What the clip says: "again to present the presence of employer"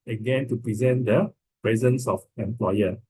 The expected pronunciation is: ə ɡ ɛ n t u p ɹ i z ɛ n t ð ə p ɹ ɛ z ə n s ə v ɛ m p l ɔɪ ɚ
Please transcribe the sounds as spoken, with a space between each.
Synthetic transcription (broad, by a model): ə ɡ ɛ n t u p ɹ i z ɛ n t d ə p ɹ ɛ z ə n s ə f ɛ m p l ɔɪ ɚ